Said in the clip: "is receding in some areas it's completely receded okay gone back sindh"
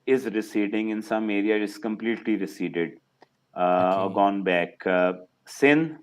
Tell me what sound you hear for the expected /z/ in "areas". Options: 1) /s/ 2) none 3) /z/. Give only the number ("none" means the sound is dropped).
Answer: 2